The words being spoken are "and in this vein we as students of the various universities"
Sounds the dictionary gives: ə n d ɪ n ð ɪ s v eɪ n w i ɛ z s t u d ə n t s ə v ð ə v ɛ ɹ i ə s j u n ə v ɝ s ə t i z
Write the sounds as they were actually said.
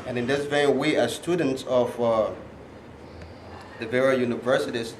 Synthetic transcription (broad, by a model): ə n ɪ n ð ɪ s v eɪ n w i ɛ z s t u d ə n t s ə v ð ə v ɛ ɹ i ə j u n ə v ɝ s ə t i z